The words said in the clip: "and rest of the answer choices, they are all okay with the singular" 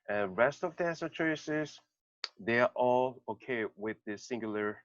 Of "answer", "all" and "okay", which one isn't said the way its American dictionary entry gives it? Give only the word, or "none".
answer